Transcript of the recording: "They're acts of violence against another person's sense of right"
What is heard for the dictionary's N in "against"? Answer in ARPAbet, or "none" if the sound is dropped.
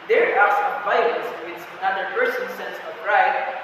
none